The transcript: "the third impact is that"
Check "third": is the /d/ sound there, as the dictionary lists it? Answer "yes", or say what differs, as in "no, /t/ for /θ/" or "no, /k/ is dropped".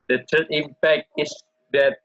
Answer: no, /d/ is dropped